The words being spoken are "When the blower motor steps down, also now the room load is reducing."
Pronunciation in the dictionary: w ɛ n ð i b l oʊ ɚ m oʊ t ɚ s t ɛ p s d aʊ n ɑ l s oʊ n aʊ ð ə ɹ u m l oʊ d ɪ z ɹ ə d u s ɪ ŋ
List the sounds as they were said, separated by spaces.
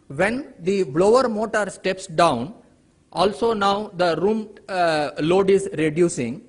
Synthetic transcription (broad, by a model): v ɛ n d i b l oʊ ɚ m oʊ t ɚ s t ɛ p s d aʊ n ɑ l s oʊ n aʊ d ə ɹ u m l oʊ d ɪ z ɹ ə d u s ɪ ŋ